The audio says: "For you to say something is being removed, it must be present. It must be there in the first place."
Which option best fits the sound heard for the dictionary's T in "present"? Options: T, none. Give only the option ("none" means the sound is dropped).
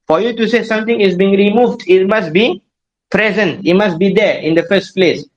T